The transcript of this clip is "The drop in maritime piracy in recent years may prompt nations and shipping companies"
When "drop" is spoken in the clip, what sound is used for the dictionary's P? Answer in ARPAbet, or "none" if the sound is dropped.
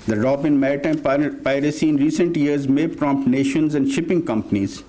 B